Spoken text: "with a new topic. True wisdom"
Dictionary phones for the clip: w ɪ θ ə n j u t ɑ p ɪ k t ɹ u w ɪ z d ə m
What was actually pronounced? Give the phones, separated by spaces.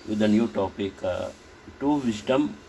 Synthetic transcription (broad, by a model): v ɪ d ə n j u t ɑ p ɪ k t u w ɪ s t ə m